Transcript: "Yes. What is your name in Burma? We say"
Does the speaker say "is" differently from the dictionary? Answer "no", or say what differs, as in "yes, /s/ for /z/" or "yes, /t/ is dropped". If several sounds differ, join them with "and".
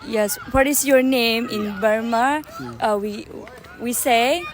yes, /s/ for /z/